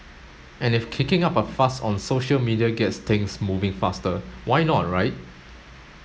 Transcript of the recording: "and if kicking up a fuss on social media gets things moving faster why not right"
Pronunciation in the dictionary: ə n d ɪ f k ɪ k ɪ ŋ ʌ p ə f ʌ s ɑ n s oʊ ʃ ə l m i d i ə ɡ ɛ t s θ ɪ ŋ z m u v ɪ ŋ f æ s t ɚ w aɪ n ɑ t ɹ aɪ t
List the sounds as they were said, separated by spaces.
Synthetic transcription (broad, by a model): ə n ɪ f k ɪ k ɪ ŋ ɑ p ə f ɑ s ɑ n s oʊ ʃ ə l m i d i ə ɡ ɛ t s t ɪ ŋ s m u v ɪ ŋ f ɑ s t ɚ w aɪ n ɑ t ɹ aɪ t